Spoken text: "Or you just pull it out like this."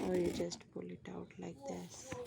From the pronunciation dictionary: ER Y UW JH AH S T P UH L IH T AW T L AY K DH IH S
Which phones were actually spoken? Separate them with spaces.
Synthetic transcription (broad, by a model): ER Y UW JH AH S T P UH L IH T AW T L AY K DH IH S